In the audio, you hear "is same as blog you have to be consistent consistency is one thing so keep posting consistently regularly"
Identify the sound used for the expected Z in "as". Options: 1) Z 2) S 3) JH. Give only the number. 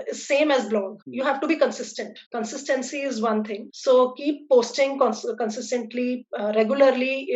1